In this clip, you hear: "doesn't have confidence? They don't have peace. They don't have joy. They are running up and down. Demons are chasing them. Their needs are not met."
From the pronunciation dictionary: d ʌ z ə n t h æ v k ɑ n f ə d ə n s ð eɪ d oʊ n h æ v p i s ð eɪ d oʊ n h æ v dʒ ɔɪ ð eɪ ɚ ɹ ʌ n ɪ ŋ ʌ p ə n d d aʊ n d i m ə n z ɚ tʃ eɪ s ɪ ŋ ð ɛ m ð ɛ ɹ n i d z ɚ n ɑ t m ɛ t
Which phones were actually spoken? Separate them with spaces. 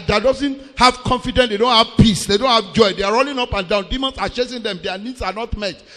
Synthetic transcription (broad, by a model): d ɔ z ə n t h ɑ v k ɑ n f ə d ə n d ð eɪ d oʊ n h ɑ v p i s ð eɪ d oʊ n h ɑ v dʒ ɔɪ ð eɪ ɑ ɹ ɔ l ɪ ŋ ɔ p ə n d d aʊ n d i m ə n s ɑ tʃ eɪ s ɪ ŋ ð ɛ m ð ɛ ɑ n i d s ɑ n ɑ t m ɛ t